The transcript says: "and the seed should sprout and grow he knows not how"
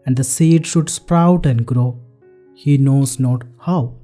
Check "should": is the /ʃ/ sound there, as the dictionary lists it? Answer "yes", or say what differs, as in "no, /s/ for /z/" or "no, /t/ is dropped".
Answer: yes